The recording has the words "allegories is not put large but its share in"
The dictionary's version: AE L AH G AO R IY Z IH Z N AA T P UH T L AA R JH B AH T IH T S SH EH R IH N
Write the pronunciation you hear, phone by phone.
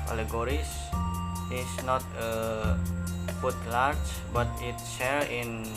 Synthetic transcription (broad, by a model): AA L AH G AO R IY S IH S N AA T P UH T L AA R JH B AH T IH T S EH L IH N